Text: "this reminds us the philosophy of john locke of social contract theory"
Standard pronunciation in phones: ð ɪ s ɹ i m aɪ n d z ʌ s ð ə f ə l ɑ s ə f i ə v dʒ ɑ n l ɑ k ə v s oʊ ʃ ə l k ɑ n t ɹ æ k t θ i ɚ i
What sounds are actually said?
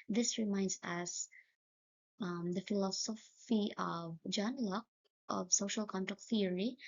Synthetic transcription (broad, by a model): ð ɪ s ɹ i m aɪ n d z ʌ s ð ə f ə l ɑ s ə f i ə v dʒ ɑ n l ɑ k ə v s oʊ ʃ ə l k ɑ n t æ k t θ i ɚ i